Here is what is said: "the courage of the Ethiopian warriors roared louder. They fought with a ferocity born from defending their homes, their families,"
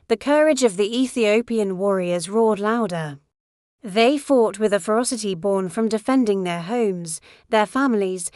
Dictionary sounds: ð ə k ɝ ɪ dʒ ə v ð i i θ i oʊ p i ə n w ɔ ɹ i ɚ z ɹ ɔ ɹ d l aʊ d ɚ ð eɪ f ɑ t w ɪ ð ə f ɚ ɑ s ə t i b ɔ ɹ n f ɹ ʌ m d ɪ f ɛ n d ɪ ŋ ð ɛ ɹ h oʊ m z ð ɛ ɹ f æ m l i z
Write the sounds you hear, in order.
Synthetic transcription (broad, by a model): ð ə k ɝ ɪ dʒ ə v ð i i θ i oʊ p i ə n w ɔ ɹ i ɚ z ɹ ɔ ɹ d l aʊ d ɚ ð eɪ f ɑ t w ɪ ð ə f ɚ ɑ s ə t i b ɔ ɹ n f ɹ ʌ m d ɪ f ɛ n d ɪ ŋ ð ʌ ɹ h oʊ m z ð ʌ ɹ f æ m l i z